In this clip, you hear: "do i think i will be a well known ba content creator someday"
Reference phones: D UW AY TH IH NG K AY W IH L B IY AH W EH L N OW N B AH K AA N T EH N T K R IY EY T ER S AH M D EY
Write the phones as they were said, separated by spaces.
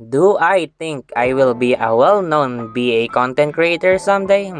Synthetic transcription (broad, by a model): D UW AY T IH NG K AY W IH L B IY AH W EH L N OW N B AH K AA N T EH N T K R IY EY T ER S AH M D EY